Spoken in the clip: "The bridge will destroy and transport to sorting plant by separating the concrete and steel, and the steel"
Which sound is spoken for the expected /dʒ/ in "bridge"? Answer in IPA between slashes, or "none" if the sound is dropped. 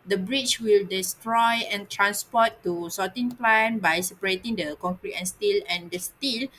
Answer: /tʃ/